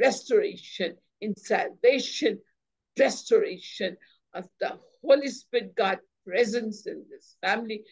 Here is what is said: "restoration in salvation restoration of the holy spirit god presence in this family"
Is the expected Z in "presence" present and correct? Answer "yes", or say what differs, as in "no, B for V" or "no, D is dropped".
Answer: yes